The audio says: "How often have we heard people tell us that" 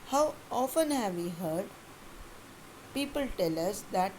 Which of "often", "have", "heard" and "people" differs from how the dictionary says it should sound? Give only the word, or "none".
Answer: none